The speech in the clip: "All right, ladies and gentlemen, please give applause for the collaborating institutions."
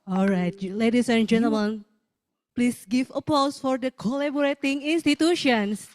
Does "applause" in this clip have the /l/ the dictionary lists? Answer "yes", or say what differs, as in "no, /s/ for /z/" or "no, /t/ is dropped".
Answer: no, /l/ is dropped